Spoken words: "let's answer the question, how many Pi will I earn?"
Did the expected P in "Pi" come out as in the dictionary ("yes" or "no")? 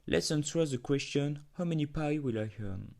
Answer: yes